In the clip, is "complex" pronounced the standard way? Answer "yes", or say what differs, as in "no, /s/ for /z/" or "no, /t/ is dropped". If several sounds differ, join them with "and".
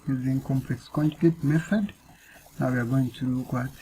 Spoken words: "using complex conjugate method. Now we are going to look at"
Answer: yes